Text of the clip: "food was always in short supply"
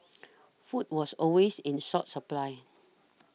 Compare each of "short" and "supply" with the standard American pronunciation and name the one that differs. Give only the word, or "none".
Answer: short